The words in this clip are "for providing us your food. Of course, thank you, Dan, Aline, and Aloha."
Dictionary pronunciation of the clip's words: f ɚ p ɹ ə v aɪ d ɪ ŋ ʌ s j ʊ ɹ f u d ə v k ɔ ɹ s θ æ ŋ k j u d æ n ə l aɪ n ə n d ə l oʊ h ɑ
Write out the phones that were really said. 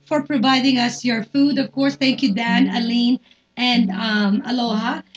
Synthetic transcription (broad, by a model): f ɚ p ɹ ə v aɪ d ɪ ŋ ʌ s j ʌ ɹ f u d ə v k ɔ ɹ s θ æ ŋ k j u d æ n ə l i n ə n d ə l oʊ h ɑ